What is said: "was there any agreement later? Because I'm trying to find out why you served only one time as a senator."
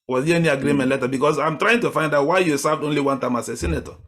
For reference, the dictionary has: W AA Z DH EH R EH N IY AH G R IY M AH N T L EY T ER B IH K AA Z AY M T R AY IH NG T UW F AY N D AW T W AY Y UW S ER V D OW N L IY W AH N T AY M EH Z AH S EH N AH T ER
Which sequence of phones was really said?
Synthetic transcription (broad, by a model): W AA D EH EH N IY AH G R IY M AH N T L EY T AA B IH K AA S AY M T R AY IH NG T UW F AY N D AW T W AY Y UW S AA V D OW N L IY W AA N T AY M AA S AH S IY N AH T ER